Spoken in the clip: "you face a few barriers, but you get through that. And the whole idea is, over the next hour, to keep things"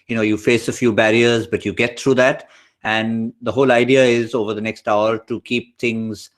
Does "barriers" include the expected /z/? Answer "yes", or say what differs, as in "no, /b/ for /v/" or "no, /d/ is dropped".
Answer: yes